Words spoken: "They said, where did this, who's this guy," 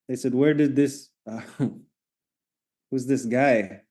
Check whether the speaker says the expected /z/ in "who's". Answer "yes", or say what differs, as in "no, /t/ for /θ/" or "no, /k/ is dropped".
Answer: yes